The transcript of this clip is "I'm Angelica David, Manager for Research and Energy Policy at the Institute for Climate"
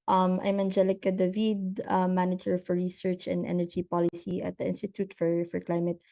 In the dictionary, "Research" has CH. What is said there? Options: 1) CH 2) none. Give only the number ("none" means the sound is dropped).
1